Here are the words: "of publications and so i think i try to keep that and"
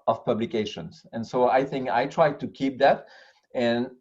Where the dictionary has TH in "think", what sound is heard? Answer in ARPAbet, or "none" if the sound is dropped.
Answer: TH